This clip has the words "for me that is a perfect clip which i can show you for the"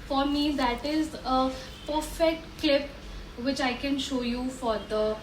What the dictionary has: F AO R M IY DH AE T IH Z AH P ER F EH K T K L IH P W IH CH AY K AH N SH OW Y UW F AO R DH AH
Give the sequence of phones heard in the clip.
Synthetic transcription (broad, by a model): F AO R M IY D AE T IH Z AH P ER F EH K T K L IH P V IH CH AY K AH N SH OW Y UW F AO R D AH